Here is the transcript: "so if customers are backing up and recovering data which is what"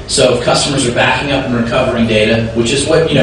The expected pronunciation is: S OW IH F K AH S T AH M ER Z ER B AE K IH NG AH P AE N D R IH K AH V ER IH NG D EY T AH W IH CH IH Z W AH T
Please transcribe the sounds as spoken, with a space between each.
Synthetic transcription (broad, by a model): S OW IH F K AH S T AH M ER Z ER B AE K IH NG AH P N R IH K AH V ER IH NG D EY T AH W IH CH IH Z W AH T